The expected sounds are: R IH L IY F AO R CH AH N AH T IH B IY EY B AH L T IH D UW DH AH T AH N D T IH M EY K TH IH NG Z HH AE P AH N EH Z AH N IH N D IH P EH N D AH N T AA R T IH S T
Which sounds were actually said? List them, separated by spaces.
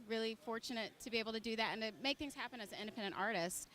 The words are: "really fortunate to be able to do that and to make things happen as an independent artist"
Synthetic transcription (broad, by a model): R IH L IY F AO R CH AH N AH T IH B IY EY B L T IH D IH DH AH T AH N T IH M EY K TH IH NG Z HH AE P AH N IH Z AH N IH N D IH P EH N D AH N T AA R T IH S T